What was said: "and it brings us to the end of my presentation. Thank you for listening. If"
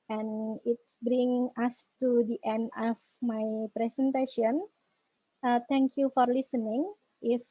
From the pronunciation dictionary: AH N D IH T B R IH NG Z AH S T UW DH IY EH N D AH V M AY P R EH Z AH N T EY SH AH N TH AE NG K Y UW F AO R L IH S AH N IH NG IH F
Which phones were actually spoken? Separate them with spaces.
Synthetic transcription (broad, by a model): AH N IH T B R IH NG AH S T UW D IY EH N D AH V M AY P R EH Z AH N T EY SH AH N T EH NG K Y UW F AO R L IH S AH N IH NG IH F